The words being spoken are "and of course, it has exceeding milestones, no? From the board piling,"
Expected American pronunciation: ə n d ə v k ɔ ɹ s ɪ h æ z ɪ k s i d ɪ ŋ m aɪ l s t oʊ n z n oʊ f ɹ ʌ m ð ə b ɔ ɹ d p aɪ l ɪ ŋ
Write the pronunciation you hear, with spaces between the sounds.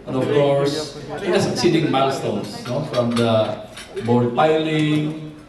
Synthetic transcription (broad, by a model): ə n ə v k ɔ ɹ s ɪ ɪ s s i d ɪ ŋ m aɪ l s t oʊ n s n oʊ f ɹ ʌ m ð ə b ɔ ɹ d p aɪ l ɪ ŋ